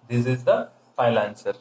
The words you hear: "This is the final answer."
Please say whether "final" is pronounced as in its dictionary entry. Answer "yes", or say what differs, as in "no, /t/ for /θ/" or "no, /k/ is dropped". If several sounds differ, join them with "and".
no, /n/ is dropped